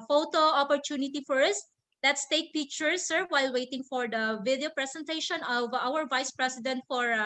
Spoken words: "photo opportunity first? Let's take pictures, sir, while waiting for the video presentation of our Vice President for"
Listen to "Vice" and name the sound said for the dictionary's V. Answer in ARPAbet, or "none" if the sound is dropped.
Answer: V